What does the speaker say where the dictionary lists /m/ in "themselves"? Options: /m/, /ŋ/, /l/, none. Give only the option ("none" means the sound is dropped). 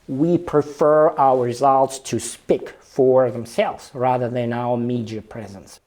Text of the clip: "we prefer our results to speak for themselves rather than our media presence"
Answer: /m/